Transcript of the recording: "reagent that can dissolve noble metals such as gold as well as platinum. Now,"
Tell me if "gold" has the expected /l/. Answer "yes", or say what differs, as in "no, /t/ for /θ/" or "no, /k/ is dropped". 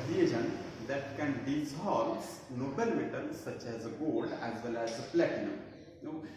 no, /l/ is dropped